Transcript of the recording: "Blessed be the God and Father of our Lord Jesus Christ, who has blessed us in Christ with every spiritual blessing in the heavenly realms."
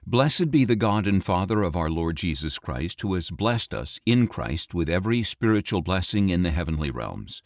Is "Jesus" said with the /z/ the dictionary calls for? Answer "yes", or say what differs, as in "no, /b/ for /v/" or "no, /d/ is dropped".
yes